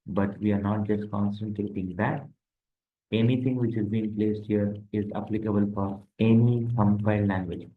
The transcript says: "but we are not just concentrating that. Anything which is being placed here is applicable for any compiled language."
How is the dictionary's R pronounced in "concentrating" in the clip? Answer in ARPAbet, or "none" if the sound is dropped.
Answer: none